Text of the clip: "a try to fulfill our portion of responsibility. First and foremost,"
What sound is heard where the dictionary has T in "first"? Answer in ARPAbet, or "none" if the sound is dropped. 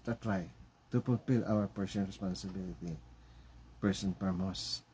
none